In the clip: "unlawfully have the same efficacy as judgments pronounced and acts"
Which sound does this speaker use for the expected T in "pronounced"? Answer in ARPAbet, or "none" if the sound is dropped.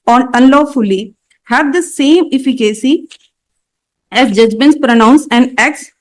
none